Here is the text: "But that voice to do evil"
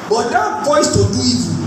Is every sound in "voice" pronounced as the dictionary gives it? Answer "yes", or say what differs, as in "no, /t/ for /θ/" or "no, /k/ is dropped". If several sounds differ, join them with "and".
no, /p/ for /v/